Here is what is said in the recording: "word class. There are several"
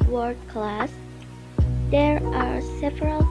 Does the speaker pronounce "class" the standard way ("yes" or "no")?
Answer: yes